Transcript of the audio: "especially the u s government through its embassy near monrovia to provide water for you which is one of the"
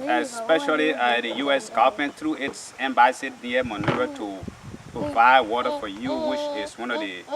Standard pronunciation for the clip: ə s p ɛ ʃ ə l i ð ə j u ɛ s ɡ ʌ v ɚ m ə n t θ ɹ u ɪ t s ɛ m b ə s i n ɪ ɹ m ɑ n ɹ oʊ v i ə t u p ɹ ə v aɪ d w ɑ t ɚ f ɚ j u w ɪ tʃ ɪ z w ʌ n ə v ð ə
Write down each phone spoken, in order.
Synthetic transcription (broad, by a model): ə s p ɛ ʃ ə l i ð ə j u ɛ s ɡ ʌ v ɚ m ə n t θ ɹ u ɪ t s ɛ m b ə s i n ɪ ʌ m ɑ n oʊ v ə t u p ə b aɪ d w ɑ t ɚ f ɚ j u w ɪ tʃ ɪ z w ʌ n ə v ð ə